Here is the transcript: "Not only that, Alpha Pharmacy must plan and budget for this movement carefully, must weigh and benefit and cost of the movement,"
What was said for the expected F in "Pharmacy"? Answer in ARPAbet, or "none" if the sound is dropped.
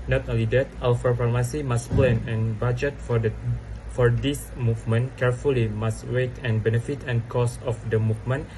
P